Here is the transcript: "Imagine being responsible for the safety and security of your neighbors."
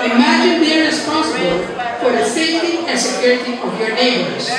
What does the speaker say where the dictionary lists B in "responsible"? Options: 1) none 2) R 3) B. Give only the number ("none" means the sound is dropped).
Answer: 3